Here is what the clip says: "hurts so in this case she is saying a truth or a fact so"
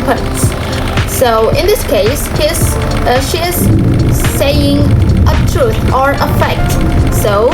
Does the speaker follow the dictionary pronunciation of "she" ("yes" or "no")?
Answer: yes